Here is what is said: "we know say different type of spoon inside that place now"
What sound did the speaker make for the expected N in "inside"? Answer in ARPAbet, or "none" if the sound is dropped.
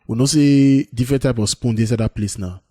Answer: none